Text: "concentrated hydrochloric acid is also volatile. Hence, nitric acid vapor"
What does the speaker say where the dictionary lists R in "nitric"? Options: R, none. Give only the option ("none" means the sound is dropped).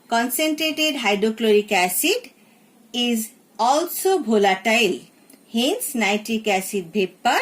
none